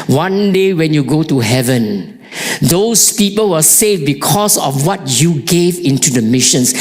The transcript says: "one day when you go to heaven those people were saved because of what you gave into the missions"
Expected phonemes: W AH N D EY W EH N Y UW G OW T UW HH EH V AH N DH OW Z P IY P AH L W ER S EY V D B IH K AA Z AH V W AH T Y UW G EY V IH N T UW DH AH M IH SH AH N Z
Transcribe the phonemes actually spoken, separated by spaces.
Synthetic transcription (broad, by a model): W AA N D EY W EH N Y UW G OW T UW HH EH V AH N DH OW S P IY P AH L W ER S EY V B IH K AA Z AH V W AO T Y UW G EY V IH N T UW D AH M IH SH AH N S